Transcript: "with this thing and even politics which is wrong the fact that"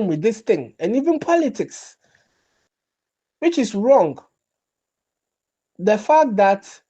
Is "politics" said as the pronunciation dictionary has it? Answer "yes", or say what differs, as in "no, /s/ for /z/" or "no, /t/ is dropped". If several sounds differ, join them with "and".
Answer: yes